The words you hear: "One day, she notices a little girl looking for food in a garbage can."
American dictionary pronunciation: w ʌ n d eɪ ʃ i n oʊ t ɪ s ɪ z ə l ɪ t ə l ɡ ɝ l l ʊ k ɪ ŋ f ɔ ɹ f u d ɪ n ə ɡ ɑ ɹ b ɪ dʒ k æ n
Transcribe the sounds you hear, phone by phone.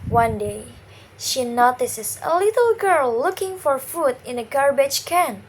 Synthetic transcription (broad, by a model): w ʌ n d eɪ ʃ i n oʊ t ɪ s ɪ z ə l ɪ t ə l ɡ ɝ l l ʊ k ɪ ŋ f ɔ ɹ f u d ɪ n ə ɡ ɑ ɹ b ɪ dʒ k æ n